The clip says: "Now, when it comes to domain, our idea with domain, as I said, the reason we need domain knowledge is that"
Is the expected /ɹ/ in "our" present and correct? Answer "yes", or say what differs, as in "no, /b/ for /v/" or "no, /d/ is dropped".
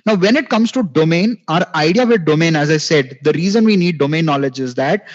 yes